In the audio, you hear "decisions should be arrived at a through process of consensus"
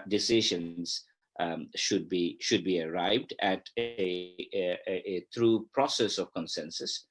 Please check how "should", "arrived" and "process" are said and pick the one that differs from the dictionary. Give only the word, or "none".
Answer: none